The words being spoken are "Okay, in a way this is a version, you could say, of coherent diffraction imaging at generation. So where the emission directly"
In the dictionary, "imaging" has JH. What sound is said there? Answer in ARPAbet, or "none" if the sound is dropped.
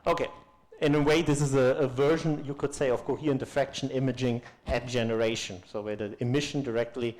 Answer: JH